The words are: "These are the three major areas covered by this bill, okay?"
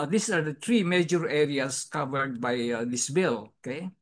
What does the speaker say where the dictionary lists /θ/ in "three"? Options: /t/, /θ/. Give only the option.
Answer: /t/